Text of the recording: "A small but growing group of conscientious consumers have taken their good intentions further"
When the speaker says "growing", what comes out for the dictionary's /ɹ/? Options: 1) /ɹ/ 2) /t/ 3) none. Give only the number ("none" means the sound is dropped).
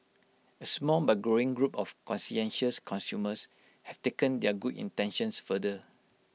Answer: 1